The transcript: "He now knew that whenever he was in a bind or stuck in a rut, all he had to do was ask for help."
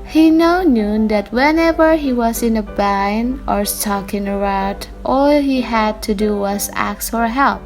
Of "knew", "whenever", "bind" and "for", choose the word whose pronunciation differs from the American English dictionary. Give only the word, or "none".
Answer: bind